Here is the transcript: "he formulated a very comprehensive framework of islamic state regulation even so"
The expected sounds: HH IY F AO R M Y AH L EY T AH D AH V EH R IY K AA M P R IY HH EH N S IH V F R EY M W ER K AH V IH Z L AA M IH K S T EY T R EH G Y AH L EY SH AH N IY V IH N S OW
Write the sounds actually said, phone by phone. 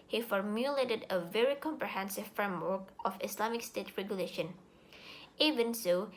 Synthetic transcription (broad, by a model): HH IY F AO R M Y AH L EY T AH D AH V EH R IY K AA M P R IY HH EH N S IH V F R EY M W ER K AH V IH S L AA M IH K S T EY T R EH G Y AH L EY SH AH N IY V IH N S OW